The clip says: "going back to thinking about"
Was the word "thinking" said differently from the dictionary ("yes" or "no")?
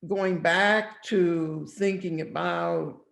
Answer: no